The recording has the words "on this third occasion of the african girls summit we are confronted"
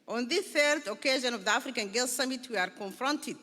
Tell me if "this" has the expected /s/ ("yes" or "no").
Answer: no